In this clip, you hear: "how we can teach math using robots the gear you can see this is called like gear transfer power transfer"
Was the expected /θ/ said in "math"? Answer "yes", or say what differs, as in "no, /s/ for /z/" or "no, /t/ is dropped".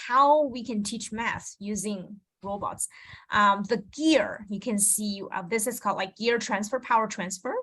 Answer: no, /s/ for /θ/